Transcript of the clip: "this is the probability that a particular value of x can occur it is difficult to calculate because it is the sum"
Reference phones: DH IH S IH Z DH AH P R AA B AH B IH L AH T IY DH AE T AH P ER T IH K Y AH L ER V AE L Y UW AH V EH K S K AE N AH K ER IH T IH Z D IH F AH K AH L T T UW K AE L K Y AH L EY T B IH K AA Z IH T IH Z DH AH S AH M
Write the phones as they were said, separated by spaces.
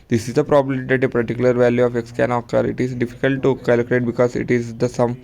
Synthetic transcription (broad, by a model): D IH S IH Z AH P R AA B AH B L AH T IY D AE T AH P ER T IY K Y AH L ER V AE L Y UW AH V EH K S K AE N AH K ER IH T IH Z D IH F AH K AH L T T UW K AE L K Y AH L EY T B IH K AA Z IH T IH Z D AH S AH M